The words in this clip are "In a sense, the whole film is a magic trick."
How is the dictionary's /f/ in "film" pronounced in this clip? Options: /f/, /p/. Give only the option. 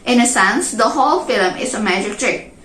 /f/